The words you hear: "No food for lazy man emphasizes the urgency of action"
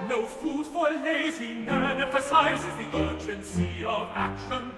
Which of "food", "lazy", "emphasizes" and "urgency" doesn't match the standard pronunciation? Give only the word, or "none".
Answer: emphasizes